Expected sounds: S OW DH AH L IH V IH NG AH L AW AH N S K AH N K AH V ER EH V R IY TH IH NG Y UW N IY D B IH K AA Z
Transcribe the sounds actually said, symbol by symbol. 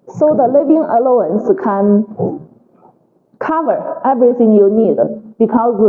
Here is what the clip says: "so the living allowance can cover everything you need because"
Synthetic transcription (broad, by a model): S OW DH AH L IH V IH NG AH L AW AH N S K AH N K AH V ER EH V R IY TH IH NG Y UW N IY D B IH K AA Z